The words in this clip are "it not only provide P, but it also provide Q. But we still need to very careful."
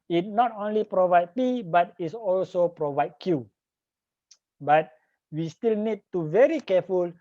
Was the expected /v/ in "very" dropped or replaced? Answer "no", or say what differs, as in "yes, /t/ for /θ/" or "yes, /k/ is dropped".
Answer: no